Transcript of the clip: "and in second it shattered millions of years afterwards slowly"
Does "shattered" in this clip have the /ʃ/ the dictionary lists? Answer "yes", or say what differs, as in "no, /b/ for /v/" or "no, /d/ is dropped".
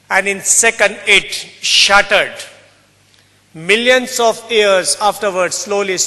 yes